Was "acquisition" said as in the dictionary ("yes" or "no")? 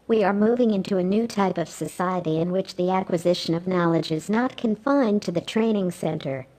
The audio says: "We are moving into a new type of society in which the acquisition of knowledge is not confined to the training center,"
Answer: yes